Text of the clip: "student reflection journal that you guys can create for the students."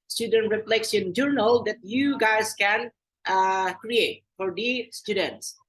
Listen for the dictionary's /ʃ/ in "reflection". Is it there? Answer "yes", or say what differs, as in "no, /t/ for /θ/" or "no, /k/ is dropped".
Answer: no, /s/ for /ʃ/